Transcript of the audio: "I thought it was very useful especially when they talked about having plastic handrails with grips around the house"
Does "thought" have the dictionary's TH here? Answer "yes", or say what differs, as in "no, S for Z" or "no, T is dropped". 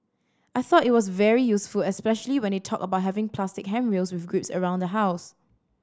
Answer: yes